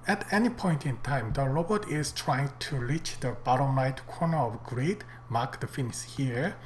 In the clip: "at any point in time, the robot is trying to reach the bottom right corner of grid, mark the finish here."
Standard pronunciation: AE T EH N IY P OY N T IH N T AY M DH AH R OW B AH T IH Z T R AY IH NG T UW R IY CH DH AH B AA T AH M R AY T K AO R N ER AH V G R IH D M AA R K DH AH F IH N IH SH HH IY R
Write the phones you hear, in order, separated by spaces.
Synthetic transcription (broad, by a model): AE T EH N IY P OY N T IH N T AY M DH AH R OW B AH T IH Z T R AY IH NG T UW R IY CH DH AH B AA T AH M L AY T K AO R N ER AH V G R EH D M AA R K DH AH F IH N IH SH HH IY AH